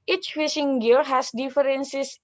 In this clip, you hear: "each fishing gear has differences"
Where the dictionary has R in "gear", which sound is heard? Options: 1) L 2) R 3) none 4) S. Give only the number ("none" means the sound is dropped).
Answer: 1